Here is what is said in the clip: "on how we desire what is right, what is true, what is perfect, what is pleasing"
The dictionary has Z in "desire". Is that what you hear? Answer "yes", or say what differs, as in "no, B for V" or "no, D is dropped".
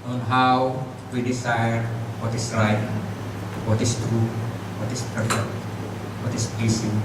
no, S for Z